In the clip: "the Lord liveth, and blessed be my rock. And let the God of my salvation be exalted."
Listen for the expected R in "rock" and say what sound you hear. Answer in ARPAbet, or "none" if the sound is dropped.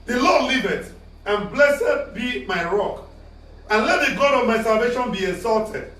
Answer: R